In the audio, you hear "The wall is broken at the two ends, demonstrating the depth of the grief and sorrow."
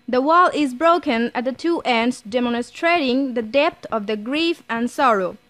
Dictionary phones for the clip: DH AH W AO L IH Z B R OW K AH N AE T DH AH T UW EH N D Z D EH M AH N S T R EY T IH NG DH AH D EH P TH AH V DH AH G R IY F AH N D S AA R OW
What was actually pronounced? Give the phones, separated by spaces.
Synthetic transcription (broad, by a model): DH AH W AO L IH Z B R OW K AH N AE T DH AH T UW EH N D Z D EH M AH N S T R EY T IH NG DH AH D EH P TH AH V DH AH G R IY F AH N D S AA R OW